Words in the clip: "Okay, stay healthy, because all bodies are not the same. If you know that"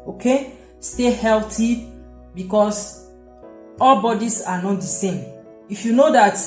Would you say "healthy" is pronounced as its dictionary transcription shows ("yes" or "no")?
no